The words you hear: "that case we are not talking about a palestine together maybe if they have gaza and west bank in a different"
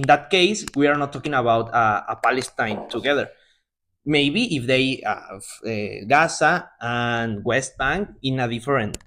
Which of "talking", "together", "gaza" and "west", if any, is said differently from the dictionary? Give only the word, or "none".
gaza